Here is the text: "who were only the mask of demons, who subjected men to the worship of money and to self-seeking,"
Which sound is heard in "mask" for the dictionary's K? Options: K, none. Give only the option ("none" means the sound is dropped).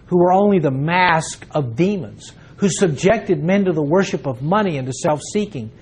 K